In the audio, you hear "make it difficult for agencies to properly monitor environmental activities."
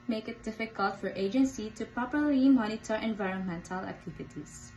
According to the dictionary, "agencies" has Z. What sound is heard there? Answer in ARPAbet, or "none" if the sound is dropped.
none